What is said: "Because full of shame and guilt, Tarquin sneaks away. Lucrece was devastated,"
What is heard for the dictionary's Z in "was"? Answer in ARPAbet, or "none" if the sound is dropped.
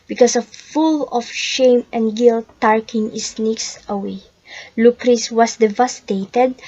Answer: S